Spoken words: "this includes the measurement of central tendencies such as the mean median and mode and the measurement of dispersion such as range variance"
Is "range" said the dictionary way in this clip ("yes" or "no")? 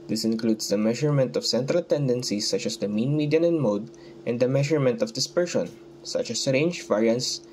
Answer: yes